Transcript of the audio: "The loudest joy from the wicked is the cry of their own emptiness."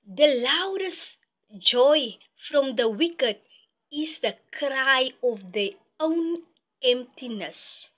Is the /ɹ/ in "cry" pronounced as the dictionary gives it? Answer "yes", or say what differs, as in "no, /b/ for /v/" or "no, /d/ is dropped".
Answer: yes